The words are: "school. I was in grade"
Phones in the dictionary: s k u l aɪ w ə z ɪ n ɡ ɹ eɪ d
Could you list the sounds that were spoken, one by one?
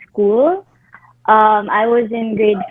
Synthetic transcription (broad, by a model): s k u l aɪ w ə z ɪ n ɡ ɹ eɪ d